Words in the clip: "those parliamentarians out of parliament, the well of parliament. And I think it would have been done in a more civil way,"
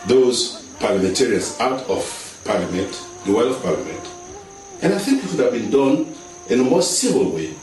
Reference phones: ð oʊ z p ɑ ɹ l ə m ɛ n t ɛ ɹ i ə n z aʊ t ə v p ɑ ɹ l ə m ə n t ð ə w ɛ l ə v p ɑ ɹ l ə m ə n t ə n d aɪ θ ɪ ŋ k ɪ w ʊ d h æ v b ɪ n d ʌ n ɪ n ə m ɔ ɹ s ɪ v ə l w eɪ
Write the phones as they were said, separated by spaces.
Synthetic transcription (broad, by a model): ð oʊ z p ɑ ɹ l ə m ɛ n t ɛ ɹ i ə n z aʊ t ə v p ɑ ɹ l ə m ə n t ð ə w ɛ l ə v p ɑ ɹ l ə m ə n t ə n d aɪ θ ɪ ŋ k ɪ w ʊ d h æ v b ɪ n d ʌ n ɪ n ə m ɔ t s ɪ v ə l w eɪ